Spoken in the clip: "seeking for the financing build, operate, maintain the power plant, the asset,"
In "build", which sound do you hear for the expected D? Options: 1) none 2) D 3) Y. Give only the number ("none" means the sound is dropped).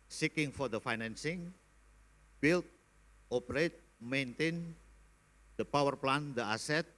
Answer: 1